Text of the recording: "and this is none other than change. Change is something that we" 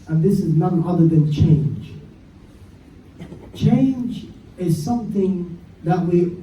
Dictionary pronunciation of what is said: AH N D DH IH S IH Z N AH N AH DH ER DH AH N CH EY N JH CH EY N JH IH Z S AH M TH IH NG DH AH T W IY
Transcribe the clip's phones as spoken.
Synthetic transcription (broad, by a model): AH N DH IH S IH Z N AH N AH DH ER DH AH N CH EY N JH CH EY N JH IH Z S AH M TH IH NG DH AH T W IY